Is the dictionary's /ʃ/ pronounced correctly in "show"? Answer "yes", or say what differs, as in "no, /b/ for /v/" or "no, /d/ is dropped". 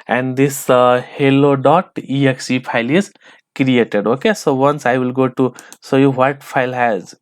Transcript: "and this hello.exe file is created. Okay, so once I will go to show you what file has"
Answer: no, /s/ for /ʃ/